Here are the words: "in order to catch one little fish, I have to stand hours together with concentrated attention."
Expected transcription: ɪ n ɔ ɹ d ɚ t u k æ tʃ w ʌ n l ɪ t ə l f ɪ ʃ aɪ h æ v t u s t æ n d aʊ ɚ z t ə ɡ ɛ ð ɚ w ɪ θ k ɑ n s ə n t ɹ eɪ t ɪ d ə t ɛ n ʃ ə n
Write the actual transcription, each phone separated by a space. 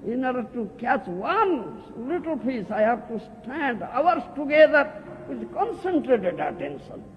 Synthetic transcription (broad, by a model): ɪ n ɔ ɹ d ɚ t u k æ tʃ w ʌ n l ɪ t ə l p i s aɪ h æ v t u s t æ n d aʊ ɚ s t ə ɡ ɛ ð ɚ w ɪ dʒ k ɑ n s ə n t ɹ eɪ t ɪ d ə t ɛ n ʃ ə n